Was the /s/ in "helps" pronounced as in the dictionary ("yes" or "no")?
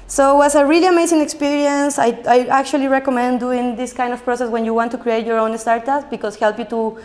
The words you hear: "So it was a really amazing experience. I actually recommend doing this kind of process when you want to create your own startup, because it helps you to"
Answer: no